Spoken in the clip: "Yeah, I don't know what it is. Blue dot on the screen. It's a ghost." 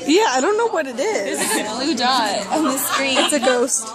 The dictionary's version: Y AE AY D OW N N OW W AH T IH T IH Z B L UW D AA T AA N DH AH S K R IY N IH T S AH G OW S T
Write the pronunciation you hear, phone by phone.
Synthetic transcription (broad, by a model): Y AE AY D OW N N OW W AH T IH T IH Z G L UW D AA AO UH DH AH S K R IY IH T S AH G OW S T